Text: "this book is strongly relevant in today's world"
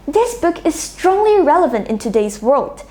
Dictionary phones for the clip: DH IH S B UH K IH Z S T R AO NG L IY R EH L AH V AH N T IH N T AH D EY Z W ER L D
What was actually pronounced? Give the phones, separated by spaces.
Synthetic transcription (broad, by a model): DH IH S B UH K IH Z S T R AO NG L IY R EH L AH V AH N T IH N T AH D EY Z W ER L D